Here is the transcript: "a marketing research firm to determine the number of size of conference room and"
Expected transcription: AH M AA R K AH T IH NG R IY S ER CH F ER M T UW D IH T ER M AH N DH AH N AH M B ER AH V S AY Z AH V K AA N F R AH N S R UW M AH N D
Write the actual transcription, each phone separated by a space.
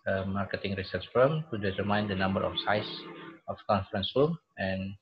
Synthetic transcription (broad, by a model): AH M AA R K AH T IH NG R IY S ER S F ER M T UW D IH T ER M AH N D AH N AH M B ER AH F S AY S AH F K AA N F R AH N S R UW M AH N